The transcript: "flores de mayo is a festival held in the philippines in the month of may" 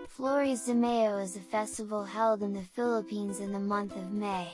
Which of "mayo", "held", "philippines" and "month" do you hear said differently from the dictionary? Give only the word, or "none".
none